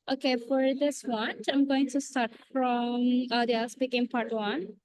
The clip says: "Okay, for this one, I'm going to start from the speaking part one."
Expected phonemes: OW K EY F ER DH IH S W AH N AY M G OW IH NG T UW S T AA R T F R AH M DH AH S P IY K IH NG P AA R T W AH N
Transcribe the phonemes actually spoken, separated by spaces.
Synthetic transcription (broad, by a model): OW K EY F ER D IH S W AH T AY M G OW IH NG T UW S T AA R T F R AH M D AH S B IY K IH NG P AA R T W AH N